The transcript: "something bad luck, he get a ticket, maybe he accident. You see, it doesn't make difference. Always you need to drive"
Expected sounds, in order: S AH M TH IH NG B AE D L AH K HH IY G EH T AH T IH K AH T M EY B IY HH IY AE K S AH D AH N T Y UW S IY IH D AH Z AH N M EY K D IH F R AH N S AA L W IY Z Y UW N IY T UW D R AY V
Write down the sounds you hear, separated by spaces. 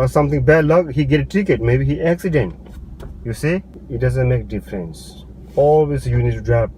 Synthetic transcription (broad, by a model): S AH M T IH NG B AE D L AH K HH IY G EH T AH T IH K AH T M EY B IY HH IY AE K S AH D AH N T Y UW S IY IH D AH Z AH N M EY K D IH F R AH N S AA L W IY S Y UW N IY T UW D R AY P